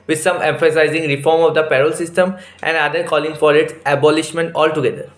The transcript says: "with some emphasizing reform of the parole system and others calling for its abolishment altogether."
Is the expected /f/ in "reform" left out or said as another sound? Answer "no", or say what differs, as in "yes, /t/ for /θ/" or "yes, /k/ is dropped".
no